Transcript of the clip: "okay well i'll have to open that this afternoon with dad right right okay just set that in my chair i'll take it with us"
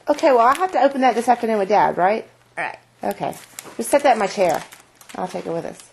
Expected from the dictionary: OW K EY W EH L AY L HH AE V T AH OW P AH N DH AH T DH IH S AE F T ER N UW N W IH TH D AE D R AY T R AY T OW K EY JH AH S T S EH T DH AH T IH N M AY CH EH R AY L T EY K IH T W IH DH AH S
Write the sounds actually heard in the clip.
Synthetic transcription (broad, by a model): OW K EY W EH L AY HH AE F T AH OW P AH N DH AH T DH IH S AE F T ER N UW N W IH D AE D R AY T R AY T OW K EY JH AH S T S EH T DH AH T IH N M AY CH EH R AY L T EY K IH T W IH DH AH S